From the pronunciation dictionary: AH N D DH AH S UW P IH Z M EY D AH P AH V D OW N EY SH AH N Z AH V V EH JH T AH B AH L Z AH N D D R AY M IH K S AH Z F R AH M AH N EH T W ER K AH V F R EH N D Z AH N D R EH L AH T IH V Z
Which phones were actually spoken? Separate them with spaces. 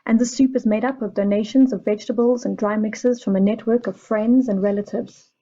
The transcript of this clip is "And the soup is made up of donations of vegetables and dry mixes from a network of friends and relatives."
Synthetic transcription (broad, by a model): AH N DH AH S UW P IH Z M EY D AH P AH V D OW N EY SH AH N Z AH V V EH JH T AH B AH L Z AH N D D R AY M IH K S AH Z F R AH M AH N EH T W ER K AH V F R EH N D Z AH N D R EH L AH T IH V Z